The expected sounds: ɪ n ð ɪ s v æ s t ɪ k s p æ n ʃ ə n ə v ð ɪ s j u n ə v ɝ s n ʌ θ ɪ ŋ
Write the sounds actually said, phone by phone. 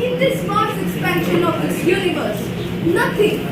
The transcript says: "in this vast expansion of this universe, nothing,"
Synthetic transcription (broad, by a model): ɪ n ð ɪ s f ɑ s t ɪ k s p æ n ʃ ə n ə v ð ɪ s j u n ə v ɝ s n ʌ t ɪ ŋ